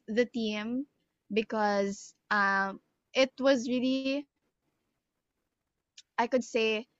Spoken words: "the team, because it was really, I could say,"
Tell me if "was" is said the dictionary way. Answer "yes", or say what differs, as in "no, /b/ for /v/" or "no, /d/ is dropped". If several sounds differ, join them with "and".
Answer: yes